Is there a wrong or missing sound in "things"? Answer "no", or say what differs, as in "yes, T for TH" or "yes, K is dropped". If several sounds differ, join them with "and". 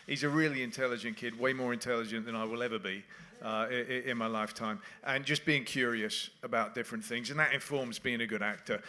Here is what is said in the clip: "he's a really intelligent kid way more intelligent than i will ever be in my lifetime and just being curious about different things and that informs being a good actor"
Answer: no